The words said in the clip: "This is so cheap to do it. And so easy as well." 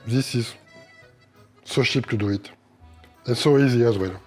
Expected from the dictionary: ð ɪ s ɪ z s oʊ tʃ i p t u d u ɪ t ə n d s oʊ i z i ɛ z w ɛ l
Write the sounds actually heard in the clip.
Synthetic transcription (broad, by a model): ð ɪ s ɪ z s oʊ ʃ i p t u d u ɪ t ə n s oʊ i z i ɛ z w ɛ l